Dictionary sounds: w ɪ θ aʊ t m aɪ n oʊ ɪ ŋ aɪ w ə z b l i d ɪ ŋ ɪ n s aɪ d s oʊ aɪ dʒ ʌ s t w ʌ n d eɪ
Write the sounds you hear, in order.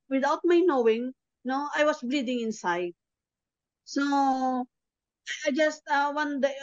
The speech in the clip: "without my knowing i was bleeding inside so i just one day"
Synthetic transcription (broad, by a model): w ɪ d aʊ t m aɪ n oʊ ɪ ŋ aɪ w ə s b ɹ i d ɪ ŋ ɪ n s aɪ d s oʊ aɪ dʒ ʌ s t w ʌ n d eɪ